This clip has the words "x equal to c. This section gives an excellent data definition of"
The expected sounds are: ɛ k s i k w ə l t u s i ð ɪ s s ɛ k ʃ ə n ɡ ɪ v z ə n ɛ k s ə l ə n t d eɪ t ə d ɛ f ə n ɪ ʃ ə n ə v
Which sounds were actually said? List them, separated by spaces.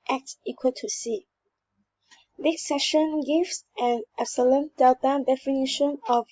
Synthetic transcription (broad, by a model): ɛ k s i k w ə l t u s i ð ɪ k s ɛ ʃ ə n ɡ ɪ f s ə n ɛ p s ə l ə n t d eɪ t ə d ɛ f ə n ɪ ʃ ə n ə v